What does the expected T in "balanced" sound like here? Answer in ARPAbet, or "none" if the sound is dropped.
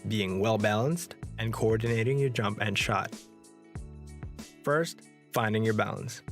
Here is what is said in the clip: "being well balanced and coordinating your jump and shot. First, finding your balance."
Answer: T